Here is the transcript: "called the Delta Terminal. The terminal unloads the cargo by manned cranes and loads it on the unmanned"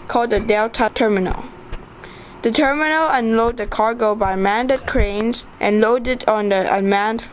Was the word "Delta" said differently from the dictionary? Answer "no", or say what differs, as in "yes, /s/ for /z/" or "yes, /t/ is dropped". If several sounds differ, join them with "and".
no